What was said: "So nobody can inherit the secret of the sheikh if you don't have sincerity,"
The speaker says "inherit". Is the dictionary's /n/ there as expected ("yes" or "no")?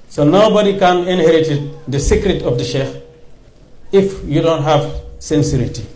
yes